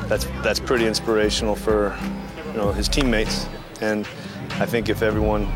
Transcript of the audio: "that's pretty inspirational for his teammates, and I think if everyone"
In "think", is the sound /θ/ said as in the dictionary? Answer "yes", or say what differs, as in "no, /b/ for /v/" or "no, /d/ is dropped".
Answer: yes